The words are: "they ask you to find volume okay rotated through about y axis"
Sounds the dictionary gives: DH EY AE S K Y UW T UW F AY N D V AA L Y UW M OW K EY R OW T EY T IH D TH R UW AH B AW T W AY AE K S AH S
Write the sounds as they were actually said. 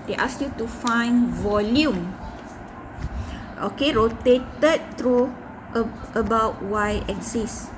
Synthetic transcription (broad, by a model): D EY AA S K Y UW T UW F AY N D V AA L Y UW M OW K EY R OW T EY T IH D T R UW AH B AW T W AY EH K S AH S